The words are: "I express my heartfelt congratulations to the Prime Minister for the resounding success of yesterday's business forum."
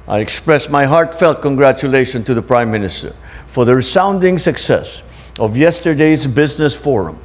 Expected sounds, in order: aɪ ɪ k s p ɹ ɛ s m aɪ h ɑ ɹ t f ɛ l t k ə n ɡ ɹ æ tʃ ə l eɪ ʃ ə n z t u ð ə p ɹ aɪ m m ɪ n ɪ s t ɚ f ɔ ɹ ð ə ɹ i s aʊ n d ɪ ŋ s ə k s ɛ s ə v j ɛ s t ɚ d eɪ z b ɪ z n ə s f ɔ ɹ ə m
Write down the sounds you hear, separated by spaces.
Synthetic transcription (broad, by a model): aɪ ɪ k s p ɹ ɛ s m aɪ h ɑ ɹ t f ɛ l t k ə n ɡ ɹ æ tʃ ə l eɪ ʃ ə n t u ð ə p ɹ aɪ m m ɪ n ɪ s t ɚ f ɔ ɹ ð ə ɹ i s aʊ n d ɪ ŋ s ə k s ɛ s ə v j ɛ s t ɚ d eɪ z b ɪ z n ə s f ɔ ɹ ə m